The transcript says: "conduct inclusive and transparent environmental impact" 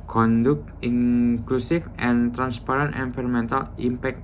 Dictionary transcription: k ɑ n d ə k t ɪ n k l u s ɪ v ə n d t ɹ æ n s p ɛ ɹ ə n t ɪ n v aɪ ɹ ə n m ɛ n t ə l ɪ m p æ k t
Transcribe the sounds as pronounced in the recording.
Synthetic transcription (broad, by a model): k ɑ n d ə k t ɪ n k l u s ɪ f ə n t ɹ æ n s p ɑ ɹ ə n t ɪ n f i ɹ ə m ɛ n t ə l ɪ m p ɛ k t